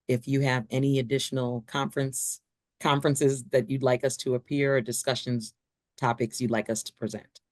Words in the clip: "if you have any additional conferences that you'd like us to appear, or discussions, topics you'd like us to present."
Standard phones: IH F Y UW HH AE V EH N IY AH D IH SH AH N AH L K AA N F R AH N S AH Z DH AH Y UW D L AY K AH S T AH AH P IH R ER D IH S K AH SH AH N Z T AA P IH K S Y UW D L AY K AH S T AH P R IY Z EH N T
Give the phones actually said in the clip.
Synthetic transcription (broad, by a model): IH F Y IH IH V EH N IY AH D IH SH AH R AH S K AA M F R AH N S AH Z DH AH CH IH D L AY K AH S T AH AH P IH R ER D IH S K AH SH AH N Z T AA P IH K S Y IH D L AY K AH S T AH P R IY Z EH N T